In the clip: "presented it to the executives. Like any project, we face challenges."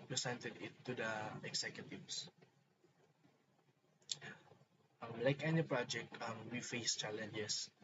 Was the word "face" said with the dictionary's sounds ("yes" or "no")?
yes